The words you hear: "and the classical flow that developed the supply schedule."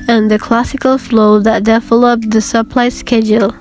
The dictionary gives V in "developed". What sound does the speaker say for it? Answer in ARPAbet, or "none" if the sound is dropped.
F